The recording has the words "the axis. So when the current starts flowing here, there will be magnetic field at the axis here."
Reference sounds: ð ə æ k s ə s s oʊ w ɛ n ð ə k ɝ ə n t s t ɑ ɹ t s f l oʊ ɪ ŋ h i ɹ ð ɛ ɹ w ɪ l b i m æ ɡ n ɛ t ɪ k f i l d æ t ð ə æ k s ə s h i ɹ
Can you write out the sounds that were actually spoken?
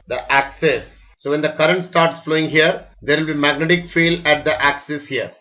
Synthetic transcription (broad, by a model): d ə æ k s ə s s oʊ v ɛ n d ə k ɝ ə n t s t ɑ ɹ t s f l oʊ ɪ ŋ h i ɹ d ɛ ɹ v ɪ l b i m æ ɡ n ɛ t ɪ k f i l æ t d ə æ k s ə s h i ɹ